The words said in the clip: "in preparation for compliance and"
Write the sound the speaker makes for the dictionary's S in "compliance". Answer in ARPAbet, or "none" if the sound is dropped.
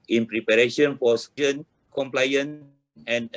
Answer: none